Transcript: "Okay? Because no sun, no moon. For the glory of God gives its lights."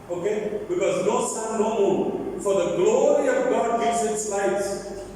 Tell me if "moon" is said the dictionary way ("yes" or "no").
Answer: no